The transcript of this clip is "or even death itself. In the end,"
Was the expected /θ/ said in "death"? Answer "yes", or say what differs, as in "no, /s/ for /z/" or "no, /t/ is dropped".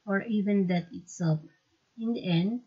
no, /t/ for /θ/